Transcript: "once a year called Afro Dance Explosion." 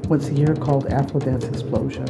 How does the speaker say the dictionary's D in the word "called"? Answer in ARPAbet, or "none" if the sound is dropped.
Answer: D